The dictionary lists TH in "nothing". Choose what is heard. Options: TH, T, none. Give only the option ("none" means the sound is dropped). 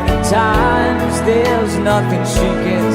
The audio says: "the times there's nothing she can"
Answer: TH